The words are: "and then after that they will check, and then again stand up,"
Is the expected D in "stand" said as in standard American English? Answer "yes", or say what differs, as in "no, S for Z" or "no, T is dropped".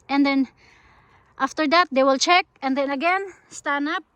no, D is dropped